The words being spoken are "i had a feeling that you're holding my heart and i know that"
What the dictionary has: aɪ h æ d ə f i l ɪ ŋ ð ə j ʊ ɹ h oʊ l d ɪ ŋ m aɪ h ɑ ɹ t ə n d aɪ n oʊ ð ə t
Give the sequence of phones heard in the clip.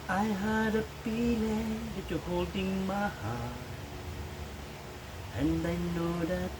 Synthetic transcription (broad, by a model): aɪ h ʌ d ə p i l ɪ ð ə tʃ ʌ h oʊ l d ɪ ŋ m aɪ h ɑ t ə n d aɪ n oʊ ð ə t